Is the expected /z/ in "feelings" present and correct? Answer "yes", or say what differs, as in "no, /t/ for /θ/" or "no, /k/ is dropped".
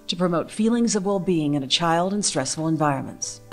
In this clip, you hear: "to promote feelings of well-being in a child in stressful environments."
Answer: yes